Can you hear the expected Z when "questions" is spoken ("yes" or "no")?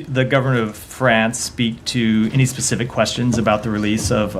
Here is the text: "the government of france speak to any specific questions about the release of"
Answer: yes